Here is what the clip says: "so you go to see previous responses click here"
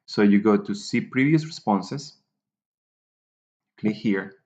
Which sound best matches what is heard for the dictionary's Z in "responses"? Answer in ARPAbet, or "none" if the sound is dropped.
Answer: S